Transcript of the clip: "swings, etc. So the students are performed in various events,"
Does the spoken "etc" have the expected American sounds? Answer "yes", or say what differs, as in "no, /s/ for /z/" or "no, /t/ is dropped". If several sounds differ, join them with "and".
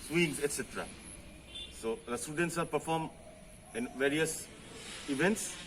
yes